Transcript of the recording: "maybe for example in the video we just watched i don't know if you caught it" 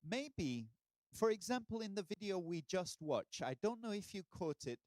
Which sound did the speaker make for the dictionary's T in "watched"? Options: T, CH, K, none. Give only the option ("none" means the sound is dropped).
none